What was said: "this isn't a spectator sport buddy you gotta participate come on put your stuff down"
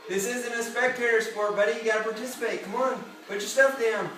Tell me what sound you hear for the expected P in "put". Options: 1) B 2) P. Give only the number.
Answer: 1